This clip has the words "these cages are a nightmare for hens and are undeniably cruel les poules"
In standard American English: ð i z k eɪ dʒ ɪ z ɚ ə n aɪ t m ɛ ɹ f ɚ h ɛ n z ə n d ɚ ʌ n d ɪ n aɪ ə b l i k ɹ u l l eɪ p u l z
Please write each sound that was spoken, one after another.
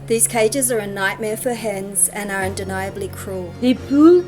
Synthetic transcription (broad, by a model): ð i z k eɪ dʒ ɪ z ɚ ə n aɪ t m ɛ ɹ f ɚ h ɛ n z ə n ɚ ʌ n d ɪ n aɪ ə b l i k ɹ u l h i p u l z